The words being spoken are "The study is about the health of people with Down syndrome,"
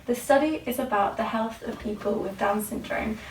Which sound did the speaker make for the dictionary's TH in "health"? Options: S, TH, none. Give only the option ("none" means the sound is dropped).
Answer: TH